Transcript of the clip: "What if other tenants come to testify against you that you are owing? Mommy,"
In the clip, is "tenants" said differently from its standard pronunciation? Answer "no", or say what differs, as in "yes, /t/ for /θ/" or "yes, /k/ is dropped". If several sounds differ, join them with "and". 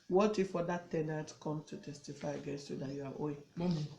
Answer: yes, /n/ is dropped and /s/ is dropped